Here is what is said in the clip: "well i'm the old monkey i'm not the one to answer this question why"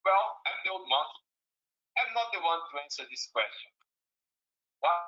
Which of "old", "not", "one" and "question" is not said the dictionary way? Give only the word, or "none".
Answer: old